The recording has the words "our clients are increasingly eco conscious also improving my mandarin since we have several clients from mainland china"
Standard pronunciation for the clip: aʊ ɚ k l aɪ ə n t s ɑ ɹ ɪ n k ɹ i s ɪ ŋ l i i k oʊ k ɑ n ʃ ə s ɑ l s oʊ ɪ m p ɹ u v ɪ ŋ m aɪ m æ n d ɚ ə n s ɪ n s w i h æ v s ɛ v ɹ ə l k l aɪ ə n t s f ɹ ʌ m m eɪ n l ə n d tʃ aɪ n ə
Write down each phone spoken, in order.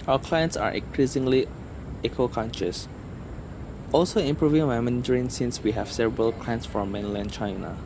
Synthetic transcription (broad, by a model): aʊ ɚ k l aɪ ə n t s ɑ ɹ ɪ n k ɹ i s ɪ ŋ l i i k oʊ k ɑ n ʃ ə s ɑ l s oʊ ɪ m p ɹ u v ɪ ŋ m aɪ m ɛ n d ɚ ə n s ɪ n s w i h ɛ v s ɛ v ɹ ə l k l aɪ ə n t s f ɹ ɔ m m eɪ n l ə n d tʃ aɪ n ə